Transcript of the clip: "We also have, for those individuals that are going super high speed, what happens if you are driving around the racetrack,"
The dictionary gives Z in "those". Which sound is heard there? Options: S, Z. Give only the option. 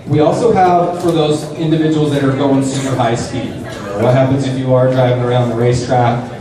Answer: Z